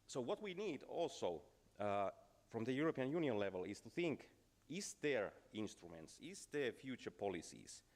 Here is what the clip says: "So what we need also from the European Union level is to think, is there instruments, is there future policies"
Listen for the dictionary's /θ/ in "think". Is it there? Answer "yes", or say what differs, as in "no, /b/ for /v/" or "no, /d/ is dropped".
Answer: yes